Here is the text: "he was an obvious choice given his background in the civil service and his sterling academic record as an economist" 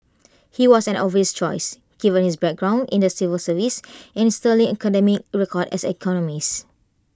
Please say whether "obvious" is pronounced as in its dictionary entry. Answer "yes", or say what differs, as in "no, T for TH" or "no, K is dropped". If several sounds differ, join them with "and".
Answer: no, B is dropped